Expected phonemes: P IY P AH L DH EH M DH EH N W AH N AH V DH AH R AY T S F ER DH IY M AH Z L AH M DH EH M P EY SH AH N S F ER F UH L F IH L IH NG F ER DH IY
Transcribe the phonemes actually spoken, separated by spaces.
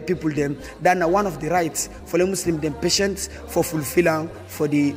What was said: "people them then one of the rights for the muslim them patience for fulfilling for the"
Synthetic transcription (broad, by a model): P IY P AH L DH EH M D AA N W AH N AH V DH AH R AY T S F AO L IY M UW S L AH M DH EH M P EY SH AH N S F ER F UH L F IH L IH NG F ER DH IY